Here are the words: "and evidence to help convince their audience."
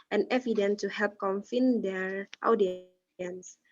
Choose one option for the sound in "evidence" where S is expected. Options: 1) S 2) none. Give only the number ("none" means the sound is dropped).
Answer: 2